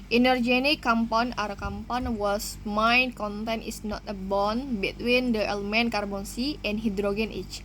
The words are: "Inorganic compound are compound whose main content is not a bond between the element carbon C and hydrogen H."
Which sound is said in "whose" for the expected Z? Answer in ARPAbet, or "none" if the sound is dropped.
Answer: S